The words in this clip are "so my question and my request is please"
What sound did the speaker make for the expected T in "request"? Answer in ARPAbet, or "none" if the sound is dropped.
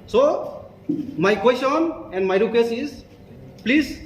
none